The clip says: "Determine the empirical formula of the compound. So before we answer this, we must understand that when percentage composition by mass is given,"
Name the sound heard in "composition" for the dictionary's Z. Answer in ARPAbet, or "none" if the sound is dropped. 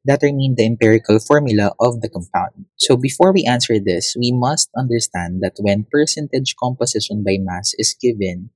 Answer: S